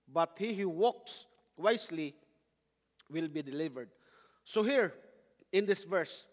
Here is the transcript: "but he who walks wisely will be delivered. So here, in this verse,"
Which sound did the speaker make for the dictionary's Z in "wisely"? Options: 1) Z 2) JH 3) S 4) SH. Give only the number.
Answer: 3